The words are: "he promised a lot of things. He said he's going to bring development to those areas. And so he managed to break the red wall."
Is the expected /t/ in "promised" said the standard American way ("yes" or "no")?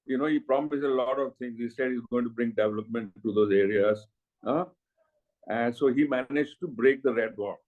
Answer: no